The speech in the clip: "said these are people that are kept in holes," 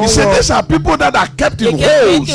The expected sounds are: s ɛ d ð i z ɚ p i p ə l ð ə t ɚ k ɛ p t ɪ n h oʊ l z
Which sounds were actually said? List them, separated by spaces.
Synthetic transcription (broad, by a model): s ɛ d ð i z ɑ p i p ə l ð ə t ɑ k ɛ p t ɪ n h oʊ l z